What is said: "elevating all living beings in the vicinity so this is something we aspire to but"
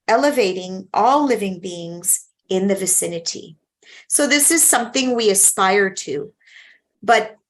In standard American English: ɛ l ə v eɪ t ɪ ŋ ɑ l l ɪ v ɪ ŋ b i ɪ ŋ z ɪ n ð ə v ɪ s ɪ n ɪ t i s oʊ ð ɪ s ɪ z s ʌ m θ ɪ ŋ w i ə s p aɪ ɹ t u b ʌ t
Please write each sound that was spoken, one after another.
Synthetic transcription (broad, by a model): ɛ l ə v eɪ t ɪ ŋ ɑ l l ɪ v ɪ ŋ b i ɪ ŋ z ɪ n ð ə v ɪ s ɪ n ɪ t i s oʊ ð ɪ s ɪ z s ʌ m θ ɪ ŋ w i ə s p aɪ ɹ t u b ʌ t